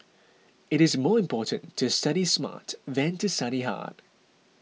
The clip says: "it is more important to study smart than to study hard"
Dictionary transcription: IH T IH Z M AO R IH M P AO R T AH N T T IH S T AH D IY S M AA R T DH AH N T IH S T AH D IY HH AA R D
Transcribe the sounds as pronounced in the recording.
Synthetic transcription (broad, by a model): IH T IH Z M AO R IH M P AO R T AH N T T IH S T AH D IY S M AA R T DH AH N T IH S T AH D IY HH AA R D